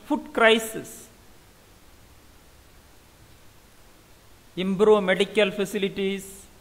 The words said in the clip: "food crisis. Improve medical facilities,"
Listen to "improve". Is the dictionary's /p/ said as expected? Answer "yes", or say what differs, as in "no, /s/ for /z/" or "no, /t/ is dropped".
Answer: no, /b/ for /p/